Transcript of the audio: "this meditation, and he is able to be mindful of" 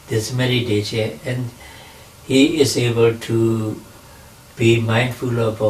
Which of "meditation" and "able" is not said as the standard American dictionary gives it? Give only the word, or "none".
meditation